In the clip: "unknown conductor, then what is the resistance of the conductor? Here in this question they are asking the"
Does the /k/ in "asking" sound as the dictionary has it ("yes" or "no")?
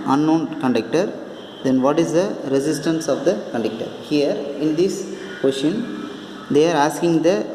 yes